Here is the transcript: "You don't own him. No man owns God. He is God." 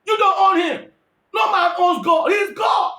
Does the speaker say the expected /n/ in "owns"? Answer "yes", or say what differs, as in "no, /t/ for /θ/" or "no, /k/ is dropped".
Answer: no, /n/ is dropped